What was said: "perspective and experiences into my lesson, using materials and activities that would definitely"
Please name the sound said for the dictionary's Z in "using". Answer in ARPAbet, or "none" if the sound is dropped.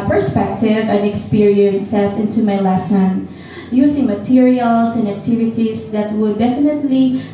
S